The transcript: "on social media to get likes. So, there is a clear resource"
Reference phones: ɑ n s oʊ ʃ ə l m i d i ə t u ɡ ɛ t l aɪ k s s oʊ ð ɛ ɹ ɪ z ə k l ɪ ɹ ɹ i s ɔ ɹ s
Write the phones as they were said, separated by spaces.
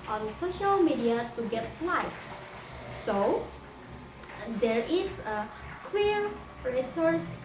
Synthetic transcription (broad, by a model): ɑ n s oʊ ʃ ə l m i d i ə t u ɡ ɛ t l aɪ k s s oʊ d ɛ ɹ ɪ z ə k w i ɹ ɹ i s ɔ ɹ s